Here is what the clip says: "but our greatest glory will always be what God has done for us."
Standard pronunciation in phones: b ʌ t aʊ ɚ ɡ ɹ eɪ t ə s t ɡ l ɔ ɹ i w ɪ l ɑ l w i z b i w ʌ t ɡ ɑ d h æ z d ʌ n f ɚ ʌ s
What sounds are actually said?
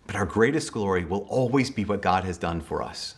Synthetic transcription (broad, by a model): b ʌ t aʊ ɚ ɡ ɹ eɪ t ə s t ɡ l ɔ ɹ i w ɪ l ɑ l w i z b i w ʌ t ɡ ɑ d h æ z d ʌ n f ɚ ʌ s